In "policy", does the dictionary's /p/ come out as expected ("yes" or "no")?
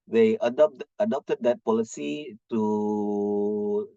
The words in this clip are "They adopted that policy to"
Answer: yes